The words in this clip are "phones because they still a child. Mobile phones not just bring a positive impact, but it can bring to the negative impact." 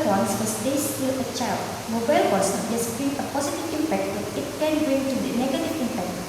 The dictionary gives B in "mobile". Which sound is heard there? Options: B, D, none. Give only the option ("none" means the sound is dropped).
B